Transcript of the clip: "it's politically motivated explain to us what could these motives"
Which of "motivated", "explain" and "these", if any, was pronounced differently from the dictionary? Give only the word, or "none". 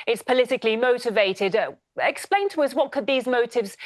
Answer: none